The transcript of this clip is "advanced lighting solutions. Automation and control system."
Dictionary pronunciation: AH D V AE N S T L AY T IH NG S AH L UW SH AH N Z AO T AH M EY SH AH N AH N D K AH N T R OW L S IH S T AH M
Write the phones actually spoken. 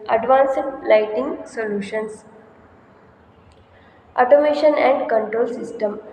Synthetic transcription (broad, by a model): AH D V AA N S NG L AY T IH NG S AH L UW SH AH N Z AO T AH M EY SH AH N AH N D K AH N T R OW L S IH S T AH M